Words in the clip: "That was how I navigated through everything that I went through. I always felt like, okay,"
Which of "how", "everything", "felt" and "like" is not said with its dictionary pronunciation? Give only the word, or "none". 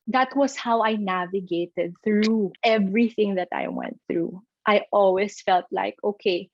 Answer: none